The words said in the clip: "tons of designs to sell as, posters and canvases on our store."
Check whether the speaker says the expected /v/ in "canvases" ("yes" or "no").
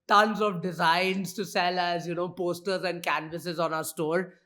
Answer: yes